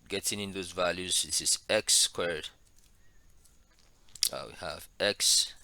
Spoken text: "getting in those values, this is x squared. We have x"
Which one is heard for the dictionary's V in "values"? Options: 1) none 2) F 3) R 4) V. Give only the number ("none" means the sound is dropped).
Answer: 4